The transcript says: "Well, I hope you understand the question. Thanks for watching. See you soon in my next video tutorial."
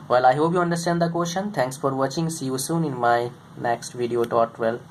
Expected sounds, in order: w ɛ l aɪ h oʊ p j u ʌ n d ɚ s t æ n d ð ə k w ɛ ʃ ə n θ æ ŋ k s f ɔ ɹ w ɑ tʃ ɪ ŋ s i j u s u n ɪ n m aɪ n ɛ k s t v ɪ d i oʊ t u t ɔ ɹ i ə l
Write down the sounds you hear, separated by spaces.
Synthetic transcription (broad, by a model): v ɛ l aɪ h oʊ p j u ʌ n d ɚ s t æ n d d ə k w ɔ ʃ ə n t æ ŋ k s f ɔ ɹ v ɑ tʃ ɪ ŋ s i j u s u n ɪ n m aɪ n ɛ k s t v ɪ d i oʊ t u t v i l